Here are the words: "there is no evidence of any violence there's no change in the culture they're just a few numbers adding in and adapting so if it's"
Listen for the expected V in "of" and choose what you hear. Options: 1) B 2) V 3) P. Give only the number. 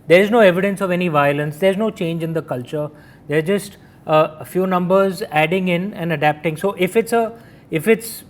2